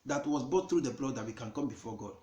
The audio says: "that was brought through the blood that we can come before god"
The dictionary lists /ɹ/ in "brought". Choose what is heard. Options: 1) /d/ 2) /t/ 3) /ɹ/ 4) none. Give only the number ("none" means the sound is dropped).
4